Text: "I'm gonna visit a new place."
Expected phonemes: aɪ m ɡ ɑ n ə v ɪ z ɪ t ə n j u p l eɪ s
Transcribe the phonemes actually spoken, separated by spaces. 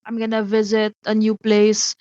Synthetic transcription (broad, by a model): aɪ m ɡ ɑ n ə v ɪ z ɪ t ə n j u p l eɪ s